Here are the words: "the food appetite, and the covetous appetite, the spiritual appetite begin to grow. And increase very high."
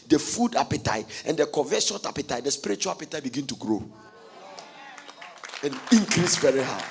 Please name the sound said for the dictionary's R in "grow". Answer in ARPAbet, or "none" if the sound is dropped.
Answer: R